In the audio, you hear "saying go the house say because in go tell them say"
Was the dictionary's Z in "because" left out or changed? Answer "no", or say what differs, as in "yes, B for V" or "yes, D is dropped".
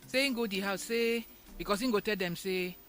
yes, S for Z